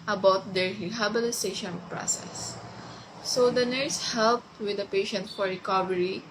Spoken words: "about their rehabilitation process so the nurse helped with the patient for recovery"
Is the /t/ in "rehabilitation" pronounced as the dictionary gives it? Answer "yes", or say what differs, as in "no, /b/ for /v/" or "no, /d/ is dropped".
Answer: no, /s/ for /t/